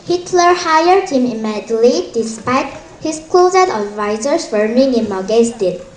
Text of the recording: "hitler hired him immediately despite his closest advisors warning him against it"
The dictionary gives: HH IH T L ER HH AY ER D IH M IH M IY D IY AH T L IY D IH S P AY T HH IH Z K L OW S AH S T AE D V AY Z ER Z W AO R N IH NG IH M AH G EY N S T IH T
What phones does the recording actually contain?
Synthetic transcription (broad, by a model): HH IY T L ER HH AY ER D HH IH M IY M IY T L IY D IH S P AY T HH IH S K L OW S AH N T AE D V AY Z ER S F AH R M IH NG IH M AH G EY S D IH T